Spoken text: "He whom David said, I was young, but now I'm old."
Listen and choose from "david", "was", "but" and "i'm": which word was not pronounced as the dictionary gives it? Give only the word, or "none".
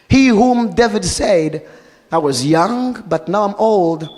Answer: none